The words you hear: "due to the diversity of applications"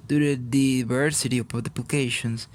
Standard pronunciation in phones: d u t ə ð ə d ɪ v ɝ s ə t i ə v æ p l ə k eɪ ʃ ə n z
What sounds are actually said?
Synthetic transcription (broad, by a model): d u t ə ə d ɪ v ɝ s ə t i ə p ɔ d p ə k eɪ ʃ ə n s